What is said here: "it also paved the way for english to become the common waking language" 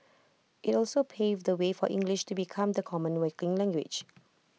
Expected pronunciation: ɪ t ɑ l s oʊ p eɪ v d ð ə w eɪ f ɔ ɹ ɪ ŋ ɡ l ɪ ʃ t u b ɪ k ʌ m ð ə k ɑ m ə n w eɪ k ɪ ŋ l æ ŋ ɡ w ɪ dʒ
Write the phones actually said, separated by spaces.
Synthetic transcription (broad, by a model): ɪ t ɑ l s oʊ p eɪ v d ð ə w eɪ f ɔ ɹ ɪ ŋ ɡ l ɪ ʃ t u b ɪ k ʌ m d ə k ɑ m ə n w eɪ k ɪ ŋ l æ ŋ ɡ w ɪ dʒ